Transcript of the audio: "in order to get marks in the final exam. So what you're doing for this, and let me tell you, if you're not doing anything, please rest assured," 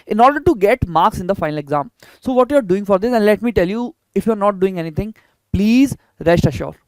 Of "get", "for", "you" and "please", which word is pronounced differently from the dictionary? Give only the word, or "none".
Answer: none